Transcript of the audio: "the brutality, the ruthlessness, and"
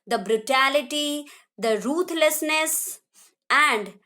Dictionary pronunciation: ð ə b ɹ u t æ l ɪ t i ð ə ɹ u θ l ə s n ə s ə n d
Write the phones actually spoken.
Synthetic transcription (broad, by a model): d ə b ɹ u t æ l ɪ t i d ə ɹ u t l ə s n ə s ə n d